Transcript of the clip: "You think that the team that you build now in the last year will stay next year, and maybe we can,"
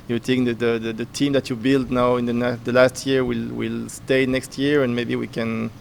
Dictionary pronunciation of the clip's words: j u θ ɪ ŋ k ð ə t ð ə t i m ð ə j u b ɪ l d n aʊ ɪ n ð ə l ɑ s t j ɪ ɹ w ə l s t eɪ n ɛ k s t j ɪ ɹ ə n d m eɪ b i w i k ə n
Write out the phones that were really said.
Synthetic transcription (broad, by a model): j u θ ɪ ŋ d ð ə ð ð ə t i m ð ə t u b ɪ l d n aʊ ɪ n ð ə l ɑ s t j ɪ ɹ w ə l s t eɪ n ɛ k s t j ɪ ɹ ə n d m eɪ b i w i k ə n